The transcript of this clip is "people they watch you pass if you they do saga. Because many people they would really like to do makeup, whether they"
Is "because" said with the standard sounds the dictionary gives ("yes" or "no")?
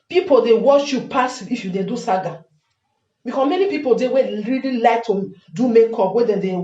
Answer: no